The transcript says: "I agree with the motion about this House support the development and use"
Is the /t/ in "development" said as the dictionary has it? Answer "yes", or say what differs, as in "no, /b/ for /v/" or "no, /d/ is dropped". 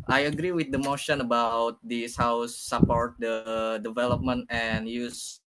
yes